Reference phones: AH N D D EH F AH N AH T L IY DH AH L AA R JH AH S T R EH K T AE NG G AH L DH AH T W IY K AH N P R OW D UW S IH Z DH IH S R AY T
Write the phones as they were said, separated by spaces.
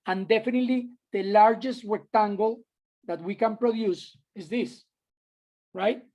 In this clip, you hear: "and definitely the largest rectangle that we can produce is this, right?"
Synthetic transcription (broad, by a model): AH N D D EH F AH N AH T L IY DH AH L AA R JH AH S T W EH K T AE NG G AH L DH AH T W IY K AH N P R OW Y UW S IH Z DH IH S R AY T